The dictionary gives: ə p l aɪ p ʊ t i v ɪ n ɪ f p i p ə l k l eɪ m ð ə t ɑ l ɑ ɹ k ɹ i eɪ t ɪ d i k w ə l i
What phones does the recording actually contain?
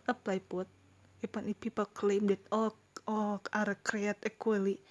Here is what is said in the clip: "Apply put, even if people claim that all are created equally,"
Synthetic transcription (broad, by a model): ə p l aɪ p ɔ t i p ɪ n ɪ p i p ə l k l eɪ m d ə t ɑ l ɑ ɹ k ɹ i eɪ t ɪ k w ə l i